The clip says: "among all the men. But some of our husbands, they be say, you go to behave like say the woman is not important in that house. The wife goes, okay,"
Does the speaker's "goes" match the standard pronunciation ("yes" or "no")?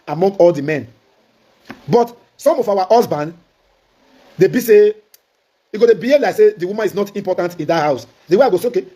no